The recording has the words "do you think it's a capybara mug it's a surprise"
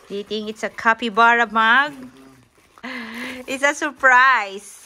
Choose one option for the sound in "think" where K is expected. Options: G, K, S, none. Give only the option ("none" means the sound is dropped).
none